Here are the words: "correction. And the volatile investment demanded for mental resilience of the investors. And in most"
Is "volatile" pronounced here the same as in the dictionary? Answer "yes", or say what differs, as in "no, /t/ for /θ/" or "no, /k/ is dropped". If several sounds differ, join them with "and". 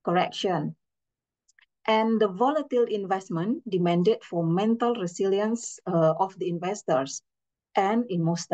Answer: yes